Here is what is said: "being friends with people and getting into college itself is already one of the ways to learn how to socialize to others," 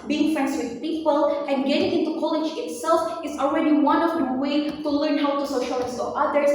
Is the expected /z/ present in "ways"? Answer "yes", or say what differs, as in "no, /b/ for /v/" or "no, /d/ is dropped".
no, /z/ is dropped